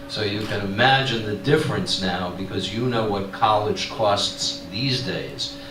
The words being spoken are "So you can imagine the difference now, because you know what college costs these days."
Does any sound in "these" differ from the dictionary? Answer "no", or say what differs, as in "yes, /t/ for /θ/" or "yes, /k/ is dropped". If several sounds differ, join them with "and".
no